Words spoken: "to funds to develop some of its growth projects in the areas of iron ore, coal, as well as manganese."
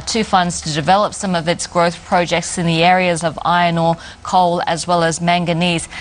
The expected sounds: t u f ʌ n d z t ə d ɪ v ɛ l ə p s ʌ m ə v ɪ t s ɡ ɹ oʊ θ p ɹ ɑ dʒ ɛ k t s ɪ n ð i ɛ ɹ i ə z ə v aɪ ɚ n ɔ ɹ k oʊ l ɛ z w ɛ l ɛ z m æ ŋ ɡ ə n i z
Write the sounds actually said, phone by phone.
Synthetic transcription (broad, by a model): t u f ʌ n d z t ə d ɪ v ɛ l ə p s ʌ m ə v ɪ t s ɡ ɹ oʊ θ p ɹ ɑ dʒ ɛ k t s ɪ n ð i ɛ ɹ i ə z ə v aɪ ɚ n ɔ k oʊ l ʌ z w ɛ l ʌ z m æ ŋ ɡ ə n i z